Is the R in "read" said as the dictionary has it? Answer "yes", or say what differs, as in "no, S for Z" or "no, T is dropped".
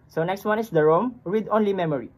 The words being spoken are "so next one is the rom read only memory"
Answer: no, W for R